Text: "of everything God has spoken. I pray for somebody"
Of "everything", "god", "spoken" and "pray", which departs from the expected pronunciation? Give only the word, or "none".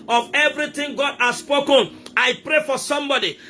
everything